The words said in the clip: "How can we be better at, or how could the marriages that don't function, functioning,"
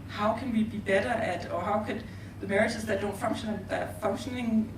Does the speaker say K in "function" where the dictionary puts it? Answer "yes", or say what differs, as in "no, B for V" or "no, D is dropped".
no, K is dropped